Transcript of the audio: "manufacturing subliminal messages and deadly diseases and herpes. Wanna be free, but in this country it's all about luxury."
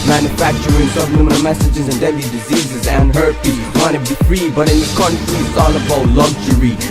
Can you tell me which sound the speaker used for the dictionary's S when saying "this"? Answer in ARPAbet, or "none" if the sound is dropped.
none